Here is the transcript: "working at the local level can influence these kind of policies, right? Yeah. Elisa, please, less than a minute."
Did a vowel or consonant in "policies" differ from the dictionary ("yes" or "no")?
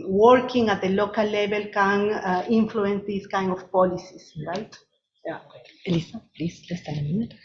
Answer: yes